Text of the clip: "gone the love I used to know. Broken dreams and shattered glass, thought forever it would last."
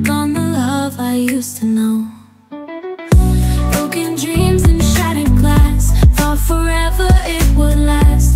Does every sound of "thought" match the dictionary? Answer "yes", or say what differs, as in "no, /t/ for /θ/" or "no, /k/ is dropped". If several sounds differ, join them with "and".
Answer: no, /f/ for /θ/